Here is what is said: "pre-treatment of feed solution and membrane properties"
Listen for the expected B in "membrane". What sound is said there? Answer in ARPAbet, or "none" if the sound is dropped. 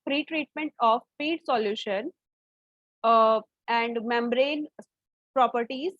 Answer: B